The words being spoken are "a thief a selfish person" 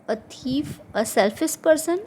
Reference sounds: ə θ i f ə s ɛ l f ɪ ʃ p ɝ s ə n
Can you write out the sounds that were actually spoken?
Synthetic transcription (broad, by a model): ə t i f ə s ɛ l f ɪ s p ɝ s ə n